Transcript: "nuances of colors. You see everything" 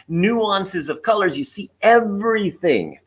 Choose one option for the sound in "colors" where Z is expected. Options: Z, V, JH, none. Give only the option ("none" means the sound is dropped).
Z